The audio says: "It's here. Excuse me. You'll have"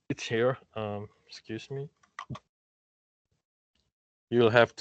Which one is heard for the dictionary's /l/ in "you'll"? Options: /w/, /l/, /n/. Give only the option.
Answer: /l/